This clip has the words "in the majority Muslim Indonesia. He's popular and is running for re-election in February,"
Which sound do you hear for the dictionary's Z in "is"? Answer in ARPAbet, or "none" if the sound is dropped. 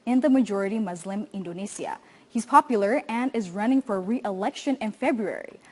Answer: Z